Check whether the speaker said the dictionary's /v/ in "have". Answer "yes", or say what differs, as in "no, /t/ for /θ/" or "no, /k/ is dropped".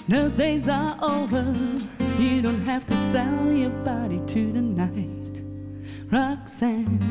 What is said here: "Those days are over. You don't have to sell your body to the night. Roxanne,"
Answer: no, /f/ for /v/